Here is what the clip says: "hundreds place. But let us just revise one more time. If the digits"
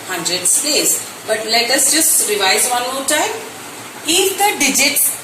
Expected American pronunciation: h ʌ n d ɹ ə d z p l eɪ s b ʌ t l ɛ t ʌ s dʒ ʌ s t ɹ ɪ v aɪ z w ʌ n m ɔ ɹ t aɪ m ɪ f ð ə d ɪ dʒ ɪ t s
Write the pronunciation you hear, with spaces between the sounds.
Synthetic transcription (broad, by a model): h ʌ n d ɹ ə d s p eɪ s b ʌ t l ɛ t ʌ s dʒ ʌ s t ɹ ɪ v aɪ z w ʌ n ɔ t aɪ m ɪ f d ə d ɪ dʒ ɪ t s